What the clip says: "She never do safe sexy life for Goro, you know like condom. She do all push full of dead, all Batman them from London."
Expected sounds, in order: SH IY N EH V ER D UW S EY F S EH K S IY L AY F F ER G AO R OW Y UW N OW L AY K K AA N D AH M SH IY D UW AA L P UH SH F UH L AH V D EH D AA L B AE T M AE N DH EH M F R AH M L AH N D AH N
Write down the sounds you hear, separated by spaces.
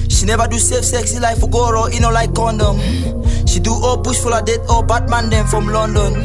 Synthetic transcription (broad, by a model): SH IY N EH V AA D UW S EY F S EH K S IY L AY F F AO G AO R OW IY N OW L AY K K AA N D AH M SH IY D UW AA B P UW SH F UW L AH D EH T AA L B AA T M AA N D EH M F R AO M L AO N D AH N